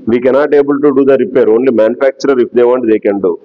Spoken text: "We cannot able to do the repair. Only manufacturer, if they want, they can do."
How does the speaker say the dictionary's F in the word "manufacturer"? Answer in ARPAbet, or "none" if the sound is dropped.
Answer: P